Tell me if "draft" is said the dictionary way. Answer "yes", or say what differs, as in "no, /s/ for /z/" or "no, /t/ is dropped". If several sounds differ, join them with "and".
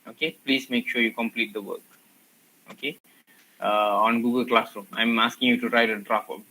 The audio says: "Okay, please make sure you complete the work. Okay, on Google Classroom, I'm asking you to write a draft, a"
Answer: no, /t/ is dropped